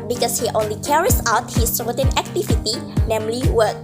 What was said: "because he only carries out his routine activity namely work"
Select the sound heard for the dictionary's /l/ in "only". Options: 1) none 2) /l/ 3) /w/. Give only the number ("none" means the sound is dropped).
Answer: 2